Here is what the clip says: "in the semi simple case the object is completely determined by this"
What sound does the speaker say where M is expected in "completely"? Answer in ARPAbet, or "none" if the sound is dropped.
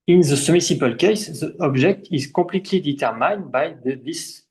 none